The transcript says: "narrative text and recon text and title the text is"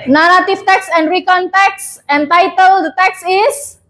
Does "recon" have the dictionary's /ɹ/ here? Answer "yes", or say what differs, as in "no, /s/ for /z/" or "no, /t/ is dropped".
yes